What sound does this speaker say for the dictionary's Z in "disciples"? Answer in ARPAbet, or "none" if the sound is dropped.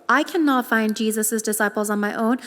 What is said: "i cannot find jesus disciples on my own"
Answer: Z